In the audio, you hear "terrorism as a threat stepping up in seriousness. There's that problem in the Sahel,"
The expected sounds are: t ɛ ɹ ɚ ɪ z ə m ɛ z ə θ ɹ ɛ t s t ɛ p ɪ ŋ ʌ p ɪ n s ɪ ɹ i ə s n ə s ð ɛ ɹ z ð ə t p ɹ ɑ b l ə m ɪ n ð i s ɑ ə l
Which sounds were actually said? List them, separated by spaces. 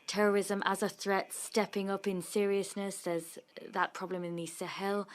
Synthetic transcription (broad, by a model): t ɛ ɹ ɚ ɪ z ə m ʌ z ə θ ɹ ɛ t s t ɛ p ɪ ŋ ʌ p ɪ n s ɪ ɹ i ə s n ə s ð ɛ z ð ə t p ɹ ɑ b l ə m ɪ n ð i s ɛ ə l